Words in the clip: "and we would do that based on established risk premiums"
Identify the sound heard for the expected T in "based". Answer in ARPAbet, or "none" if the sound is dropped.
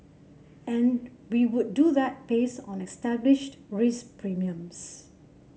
none